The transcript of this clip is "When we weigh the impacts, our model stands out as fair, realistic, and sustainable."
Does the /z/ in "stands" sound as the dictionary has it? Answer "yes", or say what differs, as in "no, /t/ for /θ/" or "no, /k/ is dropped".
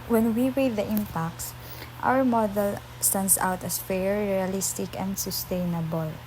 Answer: no, /s/ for /z/